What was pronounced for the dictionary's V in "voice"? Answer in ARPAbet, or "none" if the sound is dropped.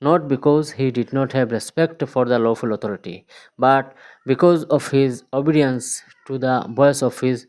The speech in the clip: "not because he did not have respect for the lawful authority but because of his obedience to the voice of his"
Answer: B